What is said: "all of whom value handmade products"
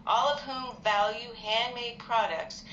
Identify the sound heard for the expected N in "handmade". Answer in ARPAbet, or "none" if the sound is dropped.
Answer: N